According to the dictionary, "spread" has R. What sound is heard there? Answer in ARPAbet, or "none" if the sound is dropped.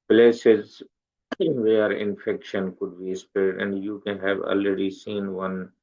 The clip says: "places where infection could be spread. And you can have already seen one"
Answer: none